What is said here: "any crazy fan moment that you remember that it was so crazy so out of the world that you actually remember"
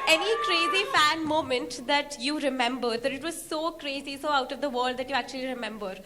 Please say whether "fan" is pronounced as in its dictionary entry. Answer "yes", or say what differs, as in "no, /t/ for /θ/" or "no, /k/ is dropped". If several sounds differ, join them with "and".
yes